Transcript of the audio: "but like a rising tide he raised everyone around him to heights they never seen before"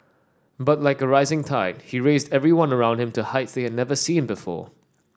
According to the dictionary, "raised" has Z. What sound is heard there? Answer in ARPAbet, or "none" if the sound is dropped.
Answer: Z